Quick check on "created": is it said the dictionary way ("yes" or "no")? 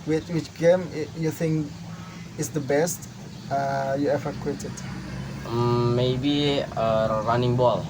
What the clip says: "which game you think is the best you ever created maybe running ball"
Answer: no